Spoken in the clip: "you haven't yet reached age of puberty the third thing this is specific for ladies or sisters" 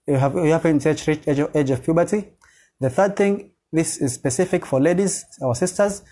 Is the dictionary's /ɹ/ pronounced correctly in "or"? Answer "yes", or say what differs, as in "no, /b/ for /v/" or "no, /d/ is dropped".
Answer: no, /w/ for /ɹ/